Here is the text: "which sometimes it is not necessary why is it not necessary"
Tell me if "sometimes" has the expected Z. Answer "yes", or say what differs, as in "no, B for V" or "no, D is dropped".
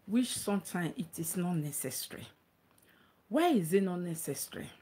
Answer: no, Z is dropped